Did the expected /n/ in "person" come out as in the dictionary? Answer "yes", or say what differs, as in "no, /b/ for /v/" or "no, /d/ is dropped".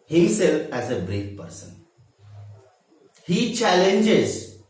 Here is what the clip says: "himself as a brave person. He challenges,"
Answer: yes